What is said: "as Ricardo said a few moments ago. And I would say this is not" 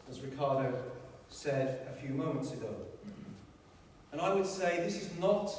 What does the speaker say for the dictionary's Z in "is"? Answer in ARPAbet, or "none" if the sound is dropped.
Z